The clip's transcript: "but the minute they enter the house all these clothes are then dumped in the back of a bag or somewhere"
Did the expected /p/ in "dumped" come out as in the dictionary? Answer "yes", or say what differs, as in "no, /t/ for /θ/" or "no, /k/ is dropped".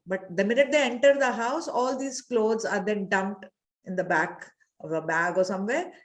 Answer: no, /p/ is dropped